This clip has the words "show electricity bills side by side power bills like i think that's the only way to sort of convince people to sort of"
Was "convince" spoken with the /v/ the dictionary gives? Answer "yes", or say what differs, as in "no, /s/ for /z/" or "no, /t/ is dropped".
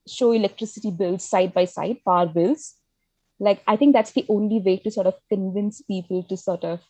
yes